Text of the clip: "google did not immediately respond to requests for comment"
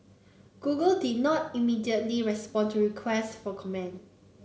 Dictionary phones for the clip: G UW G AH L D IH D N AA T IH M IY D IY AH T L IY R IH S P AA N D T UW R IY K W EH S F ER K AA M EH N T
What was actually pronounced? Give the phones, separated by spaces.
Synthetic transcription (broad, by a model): G UW G AH L D IH D N AA T IH M IY D IY AH T L IY R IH S P AA N T UW R IY K W EH S F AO K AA M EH N